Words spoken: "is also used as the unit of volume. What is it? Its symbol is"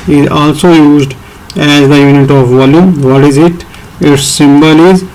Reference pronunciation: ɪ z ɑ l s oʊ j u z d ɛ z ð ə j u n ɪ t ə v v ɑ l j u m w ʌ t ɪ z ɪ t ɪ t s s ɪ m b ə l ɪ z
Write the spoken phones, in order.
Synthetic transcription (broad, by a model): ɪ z ɑ l s oʊ j u z d ɛ z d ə j u n ɪ t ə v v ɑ l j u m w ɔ t ɪ z ɪ t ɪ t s s ɪ m b ə l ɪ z